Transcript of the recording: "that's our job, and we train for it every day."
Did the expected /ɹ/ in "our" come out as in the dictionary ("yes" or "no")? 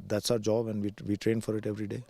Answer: yes